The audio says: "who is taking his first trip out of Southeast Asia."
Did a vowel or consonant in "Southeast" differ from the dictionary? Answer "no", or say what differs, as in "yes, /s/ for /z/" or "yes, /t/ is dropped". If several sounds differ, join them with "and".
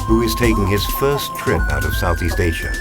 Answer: no